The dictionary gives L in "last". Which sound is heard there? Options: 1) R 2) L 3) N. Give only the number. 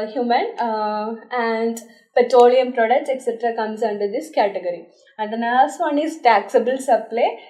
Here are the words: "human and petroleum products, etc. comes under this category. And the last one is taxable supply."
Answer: 3